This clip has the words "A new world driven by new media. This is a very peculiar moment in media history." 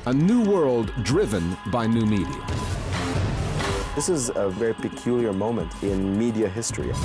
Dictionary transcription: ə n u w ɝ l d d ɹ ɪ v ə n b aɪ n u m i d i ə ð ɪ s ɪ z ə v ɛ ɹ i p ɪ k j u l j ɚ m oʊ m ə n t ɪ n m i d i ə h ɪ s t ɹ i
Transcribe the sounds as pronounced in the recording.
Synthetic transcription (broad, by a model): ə n u w ɝ l d d ɹ ɪ v ə n b aɪ n u m i d i ə ð ɪ s ɪ z ə v ɛ ɹ i p ɪ k j u l j ɚ m oʊ m ə n t ɪ n m i d i ə h ɪ s t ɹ i